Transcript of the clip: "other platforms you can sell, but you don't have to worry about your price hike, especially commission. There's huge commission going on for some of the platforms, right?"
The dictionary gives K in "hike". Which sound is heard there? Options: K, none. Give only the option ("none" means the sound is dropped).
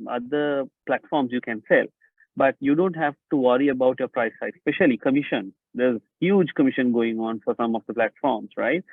none